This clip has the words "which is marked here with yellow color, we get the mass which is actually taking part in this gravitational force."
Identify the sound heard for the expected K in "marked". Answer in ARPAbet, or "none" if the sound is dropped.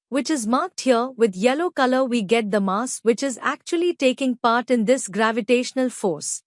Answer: K